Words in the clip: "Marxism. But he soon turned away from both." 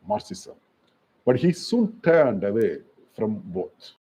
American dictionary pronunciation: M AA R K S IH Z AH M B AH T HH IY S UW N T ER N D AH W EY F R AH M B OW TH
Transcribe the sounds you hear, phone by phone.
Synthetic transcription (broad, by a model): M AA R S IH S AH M B AH T HH IY S UW N T ER N D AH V EY F R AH M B OW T